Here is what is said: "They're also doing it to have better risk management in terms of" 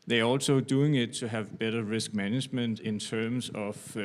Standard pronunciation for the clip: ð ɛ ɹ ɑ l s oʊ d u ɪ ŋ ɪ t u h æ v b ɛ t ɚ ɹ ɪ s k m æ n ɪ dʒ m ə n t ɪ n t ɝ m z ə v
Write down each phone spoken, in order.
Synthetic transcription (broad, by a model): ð ɛ ɑ l s oʊ d u ɪ ŋ ɪ t u h æ v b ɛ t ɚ ɹ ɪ s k m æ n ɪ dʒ m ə n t ɪ n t ɝ m s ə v